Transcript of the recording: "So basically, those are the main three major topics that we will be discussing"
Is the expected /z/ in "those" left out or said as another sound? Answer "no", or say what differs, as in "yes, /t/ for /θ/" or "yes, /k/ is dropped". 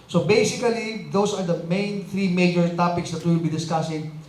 yes, /s/ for /z/